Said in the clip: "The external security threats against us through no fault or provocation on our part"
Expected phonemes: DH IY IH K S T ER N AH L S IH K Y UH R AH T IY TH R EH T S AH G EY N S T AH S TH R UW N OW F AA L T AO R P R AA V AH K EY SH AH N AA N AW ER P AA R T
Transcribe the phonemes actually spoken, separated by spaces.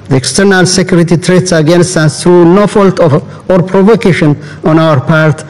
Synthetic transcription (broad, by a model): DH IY IH K S T ER N AH L S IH K Y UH R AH T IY T R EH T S AH G EY N S T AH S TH R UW N OW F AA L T AO R P R AA V AH K EY SH AH N AA N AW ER P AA R T